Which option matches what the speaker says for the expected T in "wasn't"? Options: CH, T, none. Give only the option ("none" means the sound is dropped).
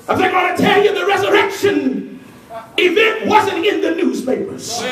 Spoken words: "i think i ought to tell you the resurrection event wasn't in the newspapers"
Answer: T